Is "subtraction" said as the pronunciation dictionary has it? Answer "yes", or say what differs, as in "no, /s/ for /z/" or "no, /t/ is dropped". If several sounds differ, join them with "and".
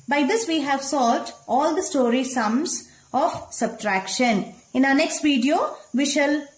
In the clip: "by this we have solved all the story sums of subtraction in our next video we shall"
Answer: yes